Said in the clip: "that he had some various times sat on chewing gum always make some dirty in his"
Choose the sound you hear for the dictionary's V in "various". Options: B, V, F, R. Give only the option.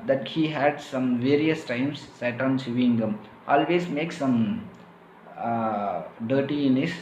V